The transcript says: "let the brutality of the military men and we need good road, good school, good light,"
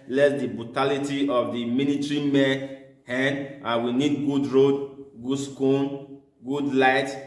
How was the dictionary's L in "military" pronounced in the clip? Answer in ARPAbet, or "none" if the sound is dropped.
N